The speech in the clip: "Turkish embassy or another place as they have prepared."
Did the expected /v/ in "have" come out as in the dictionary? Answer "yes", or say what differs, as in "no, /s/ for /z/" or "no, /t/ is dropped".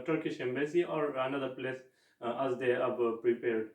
no, /b/ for /v/